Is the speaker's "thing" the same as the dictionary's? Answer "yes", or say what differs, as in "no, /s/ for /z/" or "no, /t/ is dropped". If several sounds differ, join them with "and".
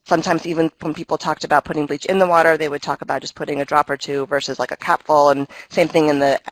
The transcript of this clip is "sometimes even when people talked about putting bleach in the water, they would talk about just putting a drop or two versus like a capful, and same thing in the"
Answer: yes